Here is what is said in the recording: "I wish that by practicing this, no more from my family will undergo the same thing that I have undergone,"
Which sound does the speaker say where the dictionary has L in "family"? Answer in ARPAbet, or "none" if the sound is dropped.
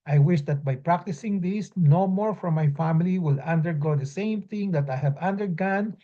L